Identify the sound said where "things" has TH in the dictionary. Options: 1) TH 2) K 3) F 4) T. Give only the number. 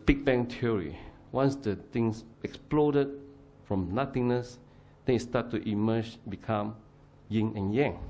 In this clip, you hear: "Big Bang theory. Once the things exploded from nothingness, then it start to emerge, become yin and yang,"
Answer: 4